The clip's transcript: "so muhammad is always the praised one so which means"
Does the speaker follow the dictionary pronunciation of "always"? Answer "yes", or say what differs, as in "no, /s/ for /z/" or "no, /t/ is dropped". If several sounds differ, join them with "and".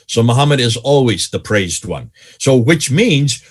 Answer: yes